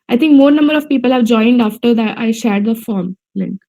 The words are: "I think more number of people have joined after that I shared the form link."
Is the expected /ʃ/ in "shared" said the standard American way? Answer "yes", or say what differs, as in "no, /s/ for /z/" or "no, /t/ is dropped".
yes